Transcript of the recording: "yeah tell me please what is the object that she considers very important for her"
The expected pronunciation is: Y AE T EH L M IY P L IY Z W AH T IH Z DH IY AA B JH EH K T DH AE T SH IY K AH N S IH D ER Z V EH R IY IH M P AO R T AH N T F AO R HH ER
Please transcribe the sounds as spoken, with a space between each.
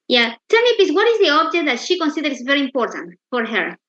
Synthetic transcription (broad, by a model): Y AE T EH L M IY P IY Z W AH T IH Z DH IY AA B JH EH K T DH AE T SH IY K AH N S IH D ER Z V EH R IY IH M P AO R T AH N T F AO R HH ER